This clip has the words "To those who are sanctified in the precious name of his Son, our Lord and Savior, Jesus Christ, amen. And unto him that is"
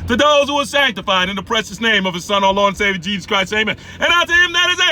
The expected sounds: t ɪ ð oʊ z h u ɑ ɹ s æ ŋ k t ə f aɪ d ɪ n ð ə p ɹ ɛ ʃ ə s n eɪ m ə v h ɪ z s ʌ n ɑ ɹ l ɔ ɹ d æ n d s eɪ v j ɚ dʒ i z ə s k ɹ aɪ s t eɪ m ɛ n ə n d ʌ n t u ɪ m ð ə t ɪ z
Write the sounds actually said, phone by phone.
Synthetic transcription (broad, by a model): t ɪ ð oʊ z h u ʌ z s æ ŋ k t ə f aɪ d ɪ n ð ə p ɹ ɛ ʃ ə s n eɪ m ə v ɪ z s ʌ n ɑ l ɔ n s eɪ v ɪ dʒ i z ə s k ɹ aɪ s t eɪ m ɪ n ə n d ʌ t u ɪ m ð ə t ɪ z